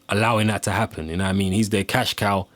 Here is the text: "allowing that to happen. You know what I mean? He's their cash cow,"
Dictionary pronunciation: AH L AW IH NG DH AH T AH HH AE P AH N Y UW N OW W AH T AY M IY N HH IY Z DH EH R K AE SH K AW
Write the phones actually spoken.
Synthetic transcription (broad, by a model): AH L AW IH NG DH AH T AH HH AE P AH N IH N AY M IY N HH IY Z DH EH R K AE SH K AW